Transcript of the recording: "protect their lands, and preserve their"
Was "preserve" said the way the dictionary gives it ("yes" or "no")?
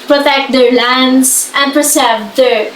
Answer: no